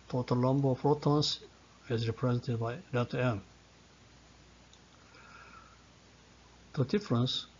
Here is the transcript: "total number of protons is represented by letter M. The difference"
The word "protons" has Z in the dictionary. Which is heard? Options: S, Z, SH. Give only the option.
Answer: S